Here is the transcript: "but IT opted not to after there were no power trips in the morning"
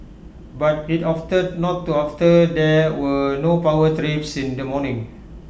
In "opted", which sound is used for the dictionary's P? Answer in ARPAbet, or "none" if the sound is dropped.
F